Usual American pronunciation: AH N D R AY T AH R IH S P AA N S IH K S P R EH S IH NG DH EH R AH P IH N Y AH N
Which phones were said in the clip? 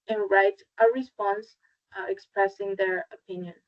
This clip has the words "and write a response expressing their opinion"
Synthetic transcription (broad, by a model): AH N R AY T AH R IH S P AA N S IH K S P R EH S IH NG DH EH R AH P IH N Y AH N